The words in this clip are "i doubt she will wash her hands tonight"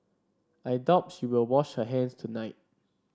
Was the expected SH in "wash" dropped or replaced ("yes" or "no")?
no